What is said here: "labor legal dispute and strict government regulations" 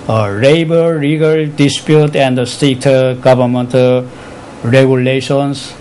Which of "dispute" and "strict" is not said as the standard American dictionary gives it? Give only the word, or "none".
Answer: strict